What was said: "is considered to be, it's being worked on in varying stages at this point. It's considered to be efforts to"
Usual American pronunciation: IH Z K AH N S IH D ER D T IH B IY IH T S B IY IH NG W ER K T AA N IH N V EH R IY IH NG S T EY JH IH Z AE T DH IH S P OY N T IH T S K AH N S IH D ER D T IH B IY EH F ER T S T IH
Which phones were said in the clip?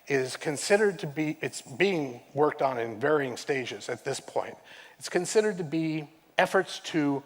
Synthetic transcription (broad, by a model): IH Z K AH N S IH D ER D T IH B IY IH T S B IY IH NG W ER K T N IH N V EH R IY IH NG S T EY JH IH Z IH T DH IH S P OY N T IH T S K AH N S IH D ER D T IH B IY EH F ER T S T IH